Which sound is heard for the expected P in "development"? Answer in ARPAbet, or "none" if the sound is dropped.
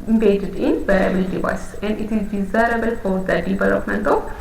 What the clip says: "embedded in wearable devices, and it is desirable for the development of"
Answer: P